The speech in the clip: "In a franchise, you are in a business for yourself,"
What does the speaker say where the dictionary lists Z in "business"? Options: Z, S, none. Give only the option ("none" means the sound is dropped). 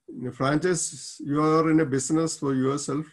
S